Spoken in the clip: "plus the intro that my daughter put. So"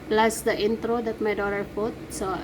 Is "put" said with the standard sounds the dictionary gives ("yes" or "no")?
no